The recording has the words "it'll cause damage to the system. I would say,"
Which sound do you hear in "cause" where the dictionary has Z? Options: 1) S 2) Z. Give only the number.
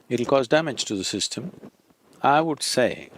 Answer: 2